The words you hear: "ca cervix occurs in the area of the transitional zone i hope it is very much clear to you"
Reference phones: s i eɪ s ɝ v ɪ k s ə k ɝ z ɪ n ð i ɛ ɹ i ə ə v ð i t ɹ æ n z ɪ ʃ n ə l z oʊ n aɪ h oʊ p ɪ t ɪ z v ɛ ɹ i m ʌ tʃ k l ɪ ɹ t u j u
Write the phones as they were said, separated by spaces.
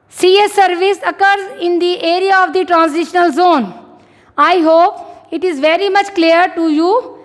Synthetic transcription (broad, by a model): s i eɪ s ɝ v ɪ s ə k ɝ z ɪ n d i ɛ ɹ i ə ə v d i t ɹ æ n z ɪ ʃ n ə l z oʊ n aɪ h oʊ p ɪ t ɪ z v ɛ ɹ i m ʌ tʃ k l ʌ ɹ t u j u